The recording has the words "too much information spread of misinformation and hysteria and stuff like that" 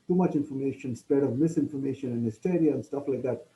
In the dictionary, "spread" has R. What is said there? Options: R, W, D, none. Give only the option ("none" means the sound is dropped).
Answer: none